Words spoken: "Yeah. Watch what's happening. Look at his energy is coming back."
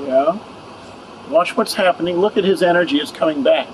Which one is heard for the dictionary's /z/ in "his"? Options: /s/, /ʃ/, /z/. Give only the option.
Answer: /z/